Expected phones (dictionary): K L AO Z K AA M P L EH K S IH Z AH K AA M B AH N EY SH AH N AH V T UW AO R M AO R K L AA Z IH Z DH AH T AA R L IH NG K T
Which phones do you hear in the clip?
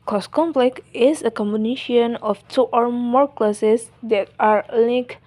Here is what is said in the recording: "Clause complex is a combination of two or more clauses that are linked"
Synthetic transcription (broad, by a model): K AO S K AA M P L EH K IH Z AH K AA M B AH N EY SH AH N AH F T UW AO R M AO R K L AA S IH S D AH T AA R L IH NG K